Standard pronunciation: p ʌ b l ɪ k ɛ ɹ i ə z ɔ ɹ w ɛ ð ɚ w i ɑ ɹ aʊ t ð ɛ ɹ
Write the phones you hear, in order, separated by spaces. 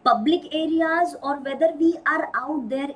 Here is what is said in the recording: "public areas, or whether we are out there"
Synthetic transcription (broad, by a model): p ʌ b l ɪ k ɛ ɹ i ə z ɔ ɹ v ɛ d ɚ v i ɑ ɹ aʊ t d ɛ ɹ